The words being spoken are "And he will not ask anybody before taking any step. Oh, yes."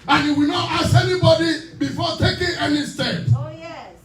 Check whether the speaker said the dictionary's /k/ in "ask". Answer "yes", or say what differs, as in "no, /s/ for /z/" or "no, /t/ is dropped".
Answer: no, /k/ is dropped